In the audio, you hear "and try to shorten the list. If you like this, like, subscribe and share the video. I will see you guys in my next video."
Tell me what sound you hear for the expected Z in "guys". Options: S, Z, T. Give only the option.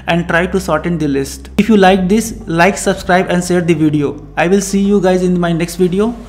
Z